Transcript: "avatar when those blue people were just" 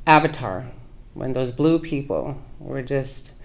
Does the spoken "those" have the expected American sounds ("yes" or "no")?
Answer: yes